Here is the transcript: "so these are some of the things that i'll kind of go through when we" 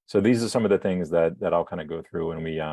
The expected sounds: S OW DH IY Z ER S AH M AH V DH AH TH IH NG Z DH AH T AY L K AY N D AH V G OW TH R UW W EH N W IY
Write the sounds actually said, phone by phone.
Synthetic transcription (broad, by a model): S OW DH IY Z ER S AH M AH V DH AH TH IH NG Z DH AH T AY L K AY N D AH G OW TH R UW W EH N W IY